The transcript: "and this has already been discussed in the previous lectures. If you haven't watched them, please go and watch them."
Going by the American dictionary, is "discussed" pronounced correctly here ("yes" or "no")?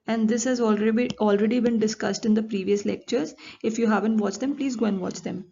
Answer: yes